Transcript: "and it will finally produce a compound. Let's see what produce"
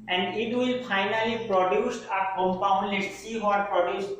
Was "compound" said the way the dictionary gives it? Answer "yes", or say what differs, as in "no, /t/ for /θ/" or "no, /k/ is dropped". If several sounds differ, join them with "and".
yes